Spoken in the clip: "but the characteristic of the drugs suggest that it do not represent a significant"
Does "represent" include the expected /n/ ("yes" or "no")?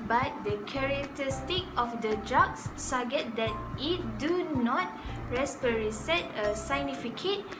no